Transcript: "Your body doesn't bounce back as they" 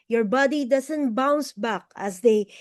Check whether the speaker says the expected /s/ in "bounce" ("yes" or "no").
yes